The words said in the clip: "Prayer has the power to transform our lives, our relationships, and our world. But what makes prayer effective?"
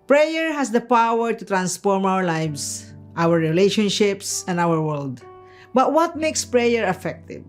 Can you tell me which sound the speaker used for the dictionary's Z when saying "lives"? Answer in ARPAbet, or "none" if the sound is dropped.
S